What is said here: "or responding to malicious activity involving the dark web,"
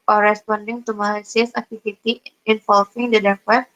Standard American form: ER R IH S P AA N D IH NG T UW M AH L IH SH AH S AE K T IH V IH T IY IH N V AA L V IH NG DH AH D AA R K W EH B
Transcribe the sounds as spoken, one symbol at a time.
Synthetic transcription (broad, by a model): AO R IH S P AA N D IH NG T UW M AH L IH S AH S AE K T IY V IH T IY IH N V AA L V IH NG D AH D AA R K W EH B